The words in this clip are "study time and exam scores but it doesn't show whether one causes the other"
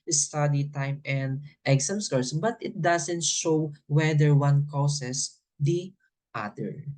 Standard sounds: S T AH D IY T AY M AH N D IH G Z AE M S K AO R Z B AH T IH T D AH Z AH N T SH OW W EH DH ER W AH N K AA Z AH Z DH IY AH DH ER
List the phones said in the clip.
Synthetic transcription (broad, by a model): S T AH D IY T AY M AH N D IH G S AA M S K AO R S B AH T IH T D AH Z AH N T SH OW W EH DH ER W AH N K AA S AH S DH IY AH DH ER